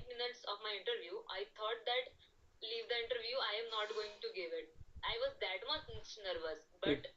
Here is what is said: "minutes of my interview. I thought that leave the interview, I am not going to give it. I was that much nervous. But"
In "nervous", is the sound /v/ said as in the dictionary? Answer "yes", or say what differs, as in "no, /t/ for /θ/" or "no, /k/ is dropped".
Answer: yes